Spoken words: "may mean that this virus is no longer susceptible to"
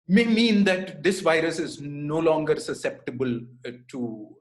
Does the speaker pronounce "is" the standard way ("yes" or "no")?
yes